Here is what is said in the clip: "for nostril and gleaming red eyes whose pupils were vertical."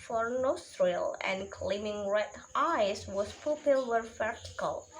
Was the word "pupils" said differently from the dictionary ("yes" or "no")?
yes